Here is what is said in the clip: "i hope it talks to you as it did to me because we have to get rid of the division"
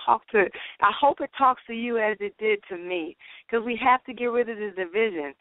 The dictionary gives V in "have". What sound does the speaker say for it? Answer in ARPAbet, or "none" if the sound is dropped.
F